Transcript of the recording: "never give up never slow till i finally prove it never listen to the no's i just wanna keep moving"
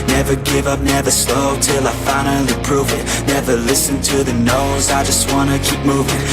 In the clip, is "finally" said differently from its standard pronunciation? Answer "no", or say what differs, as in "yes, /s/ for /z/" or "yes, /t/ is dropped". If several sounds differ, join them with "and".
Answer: yes, /n/ is dropped and /n/ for /l/